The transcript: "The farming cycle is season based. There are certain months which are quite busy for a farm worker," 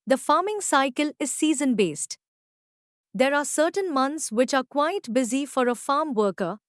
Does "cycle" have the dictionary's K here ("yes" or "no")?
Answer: yes